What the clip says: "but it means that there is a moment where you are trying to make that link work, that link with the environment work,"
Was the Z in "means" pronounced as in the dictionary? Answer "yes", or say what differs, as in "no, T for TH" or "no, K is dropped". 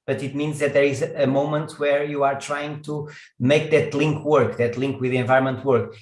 yes